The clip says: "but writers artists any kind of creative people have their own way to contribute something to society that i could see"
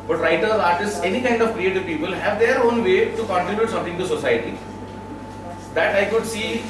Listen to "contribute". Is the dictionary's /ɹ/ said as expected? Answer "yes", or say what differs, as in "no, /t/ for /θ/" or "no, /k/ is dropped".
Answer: no, /ɹ/ is dropped